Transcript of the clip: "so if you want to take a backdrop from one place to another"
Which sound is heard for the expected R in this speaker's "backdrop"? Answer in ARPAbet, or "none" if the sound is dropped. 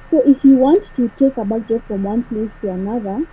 none